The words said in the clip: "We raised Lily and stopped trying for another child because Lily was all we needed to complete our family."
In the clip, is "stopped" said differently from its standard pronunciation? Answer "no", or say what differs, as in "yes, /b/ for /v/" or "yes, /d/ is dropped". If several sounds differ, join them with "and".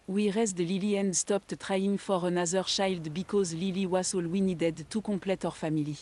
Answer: no